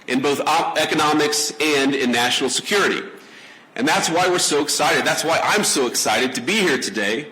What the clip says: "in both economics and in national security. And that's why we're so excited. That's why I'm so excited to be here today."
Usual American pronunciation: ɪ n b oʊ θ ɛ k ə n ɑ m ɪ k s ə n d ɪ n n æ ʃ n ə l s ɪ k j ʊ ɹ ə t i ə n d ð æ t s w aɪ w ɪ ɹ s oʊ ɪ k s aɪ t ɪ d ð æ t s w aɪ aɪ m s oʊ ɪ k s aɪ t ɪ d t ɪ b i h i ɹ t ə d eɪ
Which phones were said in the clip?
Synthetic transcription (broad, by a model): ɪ n b oʊ θ ɛ k ə n ɑ m ɪ k s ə n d ɪ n n æ ʃ n l s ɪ k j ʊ ɹ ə t i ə n ð æ t s w aɪ w ɪ ɹ s oʊ ɪ k s aɪ t ɪ d ð æ t s w aɪ aɪ m s oʊ ɪ k s aɪ t ɪ d t ɪ b i h i ɹ t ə d eɪ